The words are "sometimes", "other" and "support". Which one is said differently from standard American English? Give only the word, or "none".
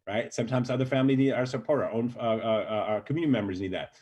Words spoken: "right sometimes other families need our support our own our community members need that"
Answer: support